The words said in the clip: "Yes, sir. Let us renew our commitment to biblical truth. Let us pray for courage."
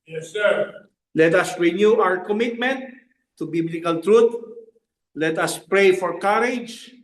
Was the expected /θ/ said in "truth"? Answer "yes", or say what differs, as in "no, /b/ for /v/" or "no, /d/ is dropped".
no, /t/ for /θ/